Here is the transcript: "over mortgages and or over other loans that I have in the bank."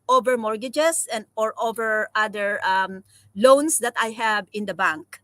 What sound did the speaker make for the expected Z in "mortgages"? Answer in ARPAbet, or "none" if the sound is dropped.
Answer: S